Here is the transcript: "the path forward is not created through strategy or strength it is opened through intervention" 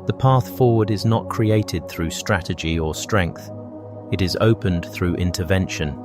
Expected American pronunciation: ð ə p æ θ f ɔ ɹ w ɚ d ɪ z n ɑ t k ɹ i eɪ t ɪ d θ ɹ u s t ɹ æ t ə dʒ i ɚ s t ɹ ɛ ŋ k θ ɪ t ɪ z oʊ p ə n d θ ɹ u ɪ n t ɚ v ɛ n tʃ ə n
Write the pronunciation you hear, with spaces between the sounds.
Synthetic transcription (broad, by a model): ð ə p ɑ θ f ɔ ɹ w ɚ d ɪ z n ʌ t k ɹ i eɪ t ɪ d θ ɹ u s t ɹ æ t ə dʒ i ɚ s t ɹ ɛ ŋ k θ ɪ t ɪ z oʊ p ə n θ ɹ u ɪ n t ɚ v ɛ n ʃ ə n